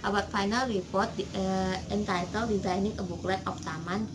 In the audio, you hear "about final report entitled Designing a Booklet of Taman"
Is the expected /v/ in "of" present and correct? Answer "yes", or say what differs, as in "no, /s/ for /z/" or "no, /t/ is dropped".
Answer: no, /p/ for /v/